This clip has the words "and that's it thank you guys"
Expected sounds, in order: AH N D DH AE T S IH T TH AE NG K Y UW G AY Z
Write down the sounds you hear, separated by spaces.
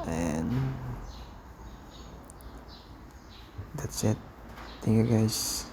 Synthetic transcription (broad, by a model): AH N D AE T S IH T T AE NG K Y UW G AY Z